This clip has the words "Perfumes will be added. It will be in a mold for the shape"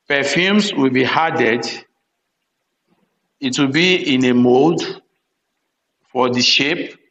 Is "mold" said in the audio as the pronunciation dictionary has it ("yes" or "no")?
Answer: no